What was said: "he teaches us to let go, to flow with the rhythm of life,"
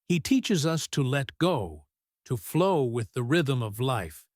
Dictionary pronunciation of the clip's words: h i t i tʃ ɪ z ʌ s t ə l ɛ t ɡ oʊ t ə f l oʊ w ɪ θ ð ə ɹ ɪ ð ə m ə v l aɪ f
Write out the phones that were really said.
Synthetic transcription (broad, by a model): h i t i tʃ ɪ z ʌ s t ə l ɛ t ɡ oʊ t ə f l oʊ w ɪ ð ə ɹ ɪ ð ə m ə v l aɪ f